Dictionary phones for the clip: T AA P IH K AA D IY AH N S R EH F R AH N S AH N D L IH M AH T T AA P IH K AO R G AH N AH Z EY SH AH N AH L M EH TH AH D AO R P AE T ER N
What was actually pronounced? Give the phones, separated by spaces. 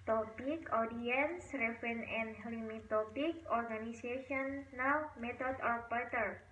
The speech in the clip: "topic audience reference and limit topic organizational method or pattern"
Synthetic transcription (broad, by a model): T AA P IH K AA D IY AH N S R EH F R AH N AH N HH L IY M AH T T AA P IH K AO R G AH N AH S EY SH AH N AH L M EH T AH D AO R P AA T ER